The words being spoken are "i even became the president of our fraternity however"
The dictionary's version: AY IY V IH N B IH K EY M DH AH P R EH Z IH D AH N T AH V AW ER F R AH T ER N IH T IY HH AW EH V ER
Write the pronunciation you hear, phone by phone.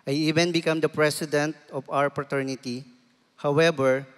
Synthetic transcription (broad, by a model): AY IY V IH N B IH K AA M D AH P R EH S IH D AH N T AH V AW ER P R T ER N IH T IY HH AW EH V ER